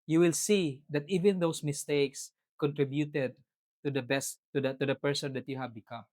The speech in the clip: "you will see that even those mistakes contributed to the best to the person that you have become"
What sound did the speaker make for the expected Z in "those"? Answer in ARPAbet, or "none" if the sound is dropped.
S